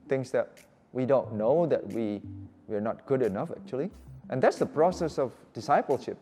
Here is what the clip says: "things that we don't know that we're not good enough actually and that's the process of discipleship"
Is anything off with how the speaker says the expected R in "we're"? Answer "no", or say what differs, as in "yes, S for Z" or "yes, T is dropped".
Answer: yes, W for R